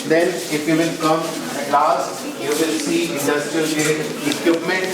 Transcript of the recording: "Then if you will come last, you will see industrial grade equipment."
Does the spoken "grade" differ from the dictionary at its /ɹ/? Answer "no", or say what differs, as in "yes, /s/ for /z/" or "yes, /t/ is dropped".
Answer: yes, /ɹ/ is dropped